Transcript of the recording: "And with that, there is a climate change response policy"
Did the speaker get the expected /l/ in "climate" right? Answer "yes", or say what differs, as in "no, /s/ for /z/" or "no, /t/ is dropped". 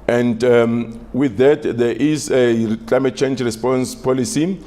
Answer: yes